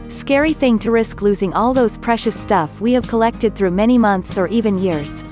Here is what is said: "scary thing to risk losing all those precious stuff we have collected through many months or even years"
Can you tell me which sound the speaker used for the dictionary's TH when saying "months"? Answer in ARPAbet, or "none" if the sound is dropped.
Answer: TH